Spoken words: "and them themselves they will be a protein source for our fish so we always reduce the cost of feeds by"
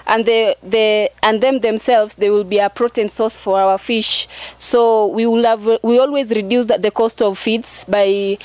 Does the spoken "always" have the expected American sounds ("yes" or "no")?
yes